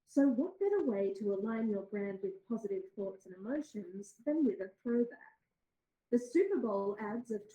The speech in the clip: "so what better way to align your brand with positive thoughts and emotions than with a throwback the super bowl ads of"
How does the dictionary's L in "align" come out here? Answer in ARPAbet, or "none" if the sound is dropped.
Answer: L